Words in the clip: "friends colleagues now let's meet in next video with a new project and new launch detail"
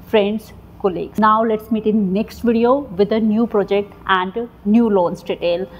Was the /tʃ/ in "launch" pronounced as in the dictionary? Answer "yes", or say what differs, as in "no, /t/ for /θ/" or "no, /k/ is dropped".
no, /s/ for /tʃ/